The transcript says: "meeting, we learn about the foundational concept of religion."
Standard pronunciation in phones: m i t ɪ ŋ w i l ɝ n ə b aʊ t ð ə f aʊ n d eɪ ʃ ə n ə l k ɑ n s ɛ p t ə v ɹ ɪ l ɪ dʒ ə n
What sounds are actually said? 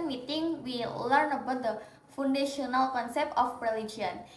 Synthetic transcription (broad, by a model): m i t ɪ ŋ w i l ɝ n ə b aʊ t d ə f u n d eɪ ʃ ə n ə l k ɑ n s ɛ p t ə p ɹ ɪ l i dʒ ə n